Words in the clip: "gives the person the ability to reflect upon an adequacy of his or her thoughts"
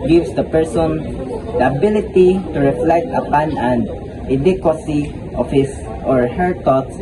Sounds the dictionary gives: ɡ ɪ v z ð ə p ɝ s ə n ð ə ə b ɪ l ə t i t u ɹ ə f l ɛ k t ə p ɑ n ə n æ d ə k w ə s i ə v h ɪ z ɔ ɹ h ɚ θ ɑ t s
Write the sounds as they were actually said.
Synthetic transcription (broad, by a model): ɡ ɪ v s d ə p ɝ s ə n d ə ə b ɪ l ə t i t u ɹ ə f l ɛ k t ə p ɑ n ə n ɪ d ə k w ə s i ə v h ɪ s ɔ ɹ h ɚ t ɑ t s